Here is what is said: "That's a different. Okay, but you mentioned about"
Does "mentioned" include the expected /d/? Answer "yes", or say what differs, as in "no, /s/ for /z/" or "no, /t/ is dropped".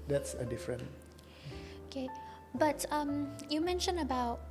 no, /d/ is dropped